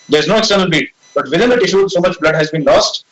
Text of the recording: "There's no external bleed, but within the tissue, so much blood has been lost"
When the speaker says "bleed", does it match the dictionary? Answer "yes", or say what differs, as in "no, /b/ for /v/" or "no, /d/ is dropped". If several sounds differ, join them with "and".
no, /l/ is dropped